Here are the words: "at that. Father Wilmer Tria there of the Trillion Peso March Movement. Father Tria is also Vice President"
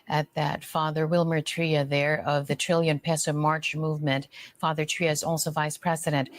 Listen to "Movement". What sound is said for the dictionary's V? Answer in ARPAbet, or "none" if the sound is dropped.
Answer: V